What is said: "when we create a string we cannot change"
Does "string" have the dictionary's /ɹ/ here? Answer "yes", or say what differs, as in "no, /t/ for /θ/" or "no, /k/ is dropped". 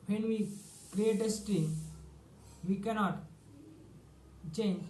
no, /ɹ/ is dropped